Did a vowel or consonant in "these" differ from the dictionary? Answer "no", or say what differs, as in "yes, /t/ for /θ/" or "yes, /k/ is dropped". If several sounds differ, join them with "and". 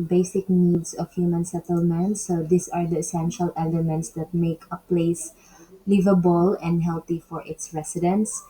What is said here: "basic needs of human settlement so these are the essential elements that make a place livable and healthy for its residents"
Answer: yes, /s/ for /z/